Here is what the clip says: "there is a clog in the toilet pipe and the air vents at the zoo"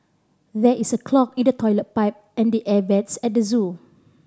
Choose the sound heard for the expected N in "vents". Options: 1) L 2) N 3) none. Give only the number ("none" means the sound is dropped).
3